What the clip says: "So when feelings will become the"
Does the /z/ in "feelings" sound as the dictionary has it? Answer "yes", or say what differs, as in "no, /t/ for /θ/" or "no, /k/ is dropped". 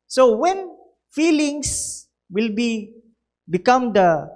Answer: no, /s/ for /z/